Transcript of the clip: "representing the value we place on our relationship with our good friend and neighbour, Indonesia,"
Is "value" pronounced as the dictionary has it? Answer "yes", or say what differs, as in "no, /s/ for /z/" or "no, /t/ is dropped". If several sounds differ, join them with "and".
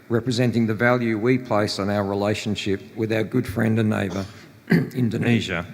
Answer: yes